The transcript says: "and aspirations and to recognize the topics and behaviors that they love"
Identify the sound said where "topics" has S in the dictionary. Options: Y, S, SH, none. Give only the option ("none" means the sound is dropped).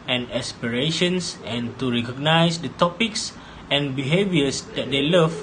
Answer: S